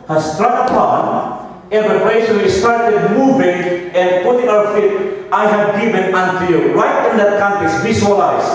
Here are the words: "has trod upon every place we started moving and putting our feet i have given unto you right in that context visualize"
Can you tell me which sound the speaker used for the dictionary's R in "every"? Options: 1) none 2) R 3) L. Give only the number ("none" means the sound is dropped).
1